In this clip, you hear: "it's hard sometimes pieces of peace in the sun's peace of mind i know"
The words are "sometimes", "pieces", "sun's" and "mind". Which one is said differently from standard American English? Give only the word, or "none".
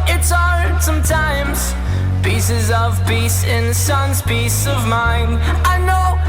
none